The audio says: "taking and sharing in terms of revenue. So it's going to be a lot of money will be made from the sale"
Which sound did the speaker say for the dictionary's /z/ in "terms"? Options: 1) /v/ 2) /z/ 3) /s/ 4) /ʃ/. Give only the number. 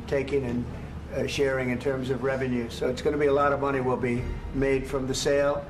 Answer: 2